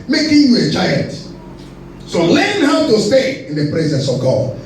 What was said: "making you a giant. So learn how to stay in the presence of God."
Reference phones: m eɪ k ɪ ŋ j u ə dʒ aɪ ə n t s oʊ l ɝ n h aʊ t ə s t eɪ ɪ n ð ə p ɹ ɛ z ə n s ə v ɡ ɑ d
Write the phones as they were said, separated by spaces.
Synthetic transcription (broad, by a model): m eɪ k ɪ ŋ j u ə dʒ aɪ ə n t s oʊ l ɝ n h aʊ t ə s t eɪ ɪ n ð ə p ɹ ɛ z ə n s ə v ɡ ɑ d